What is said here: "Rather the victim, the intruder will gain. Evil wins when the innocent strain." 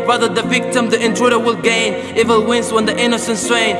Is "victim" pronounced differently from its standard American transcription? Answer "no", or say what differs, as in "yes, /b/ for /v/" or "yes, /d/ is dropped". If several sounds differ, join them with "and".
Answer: no